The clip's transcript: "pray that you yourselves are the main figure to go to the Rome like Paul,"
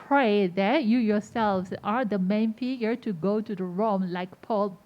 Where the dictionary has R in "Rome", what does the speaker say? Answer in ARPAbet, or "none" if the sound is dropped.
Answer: R